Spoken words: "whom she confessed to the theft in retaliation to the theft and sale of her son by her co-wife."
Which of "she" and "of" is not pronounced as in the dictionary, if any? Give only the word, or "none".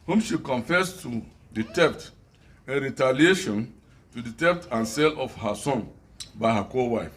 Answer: of